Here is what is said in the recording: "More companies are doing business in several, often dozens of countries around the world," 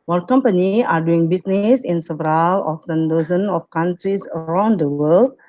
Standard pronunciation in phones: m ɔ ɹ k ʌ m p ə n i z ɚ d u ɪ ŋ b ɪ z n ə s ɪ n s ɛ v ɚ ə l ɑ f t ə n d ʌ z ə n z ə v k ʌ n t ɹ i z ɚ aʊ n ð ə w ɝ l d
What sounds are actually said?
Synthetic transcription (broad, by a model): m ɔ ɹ k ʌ m p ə n i ɑ d u ɪ ŋ b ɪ s n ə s ɪ n s ɛ v ɚ ə l ɑ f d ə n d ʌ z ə n ə f k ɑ n t ɹ i s ɚ aʊ n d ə w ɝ l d